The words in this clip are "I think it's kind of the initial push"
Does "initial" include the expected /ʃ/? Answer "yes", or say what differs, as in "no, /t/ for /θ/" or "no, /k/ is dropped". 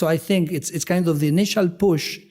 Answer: yes